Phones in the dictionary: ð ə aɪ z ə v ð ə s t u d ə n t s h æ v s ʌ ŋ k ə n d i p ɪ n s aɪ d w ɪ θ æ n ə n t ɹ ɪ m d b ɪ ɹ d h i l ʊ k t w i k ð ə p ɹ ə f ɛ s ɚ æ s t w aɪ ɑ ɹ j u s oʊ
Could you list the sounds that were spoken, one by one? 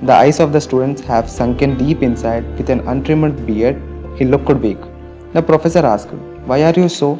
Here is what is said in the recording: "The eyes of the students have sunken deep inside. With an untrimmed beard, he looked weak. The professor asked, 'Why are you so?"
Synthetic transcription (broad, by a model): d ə aɪ s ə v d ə s t u d ə n t s h æ v s ʌ ŋ k ə n d i p ɪ n s aɪ d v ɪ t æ n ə n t ɹ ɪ m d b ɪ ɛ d h i l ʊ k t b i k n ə p ɹ ə f ɛ s ɚ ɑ s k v aɪ ɑ ɹ j u s oʊ